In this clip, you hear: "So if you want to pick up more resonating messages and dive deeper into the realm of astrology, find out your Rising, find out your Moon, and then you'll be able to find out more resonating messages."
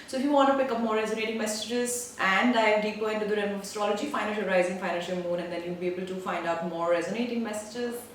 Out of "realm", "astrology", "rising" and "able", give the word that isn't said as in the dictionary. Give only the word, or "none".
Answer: realm